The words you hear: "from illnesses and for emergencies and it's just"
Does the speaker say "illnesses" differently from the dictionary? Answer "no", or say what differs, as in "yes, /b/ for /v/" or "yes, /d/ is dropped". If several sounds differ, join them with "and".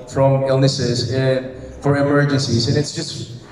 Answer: no